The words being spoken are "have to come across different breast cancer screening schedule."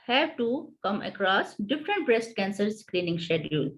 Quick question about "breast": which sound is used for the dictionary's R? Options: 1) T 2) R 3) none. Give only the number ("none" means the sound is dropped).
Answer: 2